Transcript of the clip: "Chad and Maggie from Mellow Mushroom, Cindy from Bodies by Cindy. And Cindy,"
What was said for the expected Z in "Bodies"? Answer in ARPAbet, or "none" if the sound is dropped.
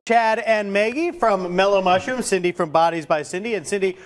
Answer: Z